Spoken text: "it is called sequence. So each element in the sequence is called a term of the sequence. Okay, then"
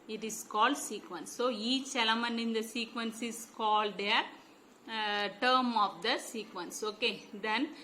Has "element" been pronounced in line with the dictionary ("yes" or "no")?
no